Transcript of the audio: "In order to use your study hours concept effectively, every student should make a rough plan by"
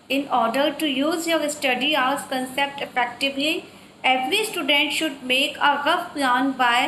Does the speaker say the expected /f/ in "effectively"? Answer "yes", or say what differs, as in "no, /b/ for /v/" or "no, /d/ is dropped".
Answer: no, /p/ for /f/